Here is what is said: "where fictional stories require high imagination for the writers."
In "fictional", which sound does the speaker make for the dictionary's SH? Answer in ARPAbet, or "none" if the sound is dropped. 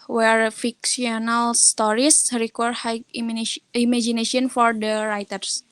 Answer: S